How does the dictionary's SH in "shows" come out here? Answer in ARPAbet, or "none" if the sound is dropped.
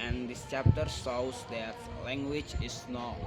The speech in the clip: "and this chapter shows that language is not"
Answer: S